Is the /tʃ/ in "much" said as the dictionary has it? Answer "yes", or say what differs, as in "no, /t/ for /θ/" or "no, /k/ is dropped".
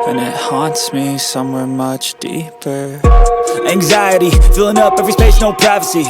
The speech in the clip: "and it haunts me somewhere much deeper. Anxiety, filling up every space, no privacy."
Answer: yes